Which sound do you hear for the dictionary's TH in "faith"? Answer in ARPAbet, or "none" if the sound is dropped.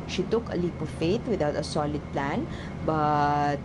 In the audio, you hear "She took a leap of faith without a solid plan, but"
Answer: T